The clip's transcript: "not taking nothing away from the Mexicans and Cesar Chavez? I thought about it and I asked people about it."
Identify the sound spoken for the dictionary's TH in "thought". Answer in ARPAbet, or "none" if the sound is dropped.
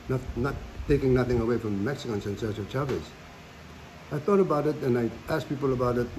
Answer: TH